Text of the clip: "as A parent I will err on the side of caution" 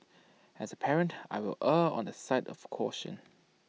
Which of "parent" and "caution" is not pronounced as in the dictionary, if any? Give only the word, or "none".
none